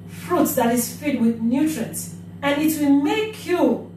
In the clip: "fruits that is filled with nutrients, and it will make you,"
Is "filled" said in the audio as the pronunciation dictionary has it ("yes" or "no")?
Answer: no